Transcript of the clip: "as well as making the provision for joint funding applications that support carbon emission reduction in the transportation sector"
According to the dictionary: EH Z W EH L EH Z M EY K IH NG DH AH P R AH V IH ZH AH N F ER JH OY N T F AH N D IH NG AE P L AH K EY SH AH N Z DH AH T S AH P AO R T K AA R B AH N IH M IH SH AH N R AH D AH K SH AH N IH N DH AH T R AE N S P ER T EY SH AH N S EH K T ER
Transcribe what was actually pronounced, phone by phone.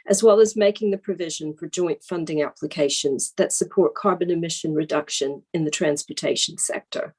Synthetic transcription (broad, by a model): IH Z W EH L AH Z M EY K IH NG DH AH P R AH V IH ZH AH N F ER JH OY N T F AH N D IH NG AE P L AH K EY SH AH N Z DH AH T S AH P AO R T K AA R B AH N IH M IH SH AH N R AH D AH K SH AH N IH N DH AH T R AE N S P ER T EY SH N S EH K T ER